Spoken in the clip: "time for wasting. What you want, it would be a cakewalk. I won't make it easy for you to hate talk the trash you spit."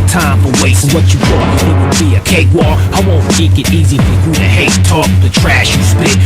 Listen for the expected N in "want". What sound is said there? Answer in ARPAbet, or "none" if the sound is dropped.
none